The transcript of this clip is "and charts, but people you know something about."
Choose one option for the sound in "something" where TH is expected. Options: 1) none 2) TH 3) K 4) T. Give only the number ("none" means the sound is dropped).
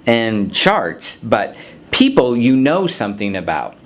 2